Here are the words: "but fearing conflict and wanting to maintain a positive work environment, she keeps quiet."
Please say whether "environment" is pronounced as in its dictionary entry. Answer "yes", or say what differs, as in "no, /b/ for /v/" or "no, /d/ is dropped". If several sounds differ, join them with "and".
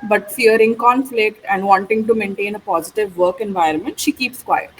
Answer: yes